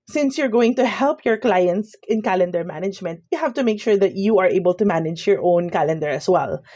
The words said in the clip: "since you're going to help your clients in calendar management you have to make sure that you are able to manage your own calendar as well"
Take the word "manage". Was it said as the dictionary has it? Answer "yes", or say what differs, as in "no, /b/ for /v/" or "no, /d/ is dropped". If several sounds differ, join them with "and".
yes